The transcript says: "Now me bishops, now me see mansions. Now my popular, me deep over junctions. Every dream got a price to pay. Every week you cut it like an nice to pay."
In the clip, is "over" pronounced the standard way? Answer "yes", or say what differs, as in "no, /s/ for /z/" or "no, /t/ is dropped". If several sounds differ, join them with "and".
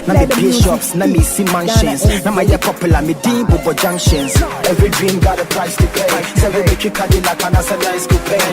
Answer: no, /b/ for /v/